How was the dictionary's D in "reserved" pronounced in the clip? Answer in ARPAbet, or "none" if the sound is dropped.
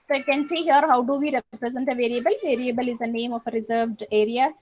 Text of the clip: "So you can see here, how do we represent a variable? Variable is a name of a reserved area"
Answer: D